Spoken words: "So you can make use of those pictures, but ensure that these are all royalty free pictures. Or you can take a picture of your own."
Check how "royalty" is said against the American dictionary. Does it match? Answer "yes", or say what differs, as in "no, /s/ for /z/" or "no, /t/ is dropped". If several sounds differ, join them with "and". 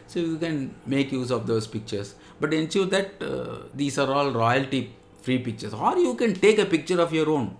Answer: yes